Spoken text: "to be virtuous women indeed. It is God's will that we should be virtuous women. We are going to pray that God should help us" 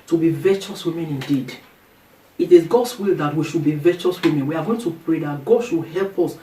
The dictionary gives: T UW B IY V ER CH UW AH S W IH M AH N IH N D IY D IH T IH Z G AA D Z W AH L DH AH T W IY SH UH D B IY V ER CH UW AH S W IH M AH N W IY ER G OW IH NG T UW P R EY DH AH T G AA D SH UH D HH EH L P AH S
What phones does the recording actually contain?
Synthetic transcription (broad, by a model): T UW B IY V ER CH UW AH S W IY M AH N IH N D IY D IH T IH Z G AA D S W AH L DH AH T W IY SH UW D B IY V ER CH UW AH S W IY M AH N W IY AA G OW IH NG T UW P R EY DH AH T G AA D SH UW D HH EH L P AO S